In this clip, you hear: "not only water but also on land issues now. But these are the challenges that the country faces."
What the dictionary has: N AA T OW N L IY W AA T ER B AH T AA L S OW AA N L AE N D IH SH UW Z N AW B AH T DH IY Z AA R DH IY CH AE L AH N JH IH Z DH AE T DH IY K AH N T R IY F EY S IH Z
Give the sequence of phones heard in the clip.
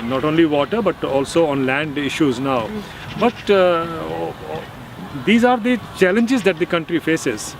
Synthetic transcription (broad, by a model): N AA T OW N L IY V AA T ER B AH T AA L S OW AA N L AE N D IH SH UW Z N AW B AH T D IY Z AA R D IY CH AE L AH N JH IH Z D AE T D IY K AH N T R IY F EY S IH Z